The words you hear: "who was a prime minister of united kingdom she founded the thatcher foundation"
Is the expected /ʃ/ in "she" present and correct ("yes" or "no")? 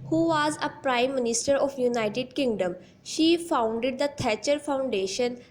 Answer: yes